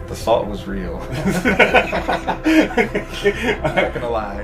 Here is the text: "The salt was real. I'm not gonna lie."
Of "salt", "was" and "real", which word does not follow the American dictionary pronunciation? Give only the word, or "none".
salt